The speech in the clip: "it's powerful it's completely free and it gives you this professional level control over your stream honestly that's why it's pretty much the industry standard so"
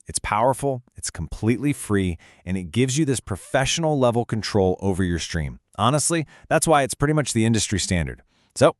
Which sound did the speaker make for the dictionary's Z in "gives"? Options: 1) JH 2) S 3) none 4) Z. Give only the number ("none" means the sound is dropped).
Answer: 4